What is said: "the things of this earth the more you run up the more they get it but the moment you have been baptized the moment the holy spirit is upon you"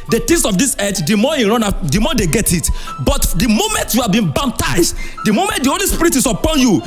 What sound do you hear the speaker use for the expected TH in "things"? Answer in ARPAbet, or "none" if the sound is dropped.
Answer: T